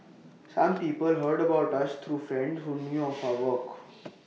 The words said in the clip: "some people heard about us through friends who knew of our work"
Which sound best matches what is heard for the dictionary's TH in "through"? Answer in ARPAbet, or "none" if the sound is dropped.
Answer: T